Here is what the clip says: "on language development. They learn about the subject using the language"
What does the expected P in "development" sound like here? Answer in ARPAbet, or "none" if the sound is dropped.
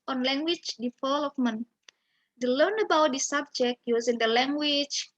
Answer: F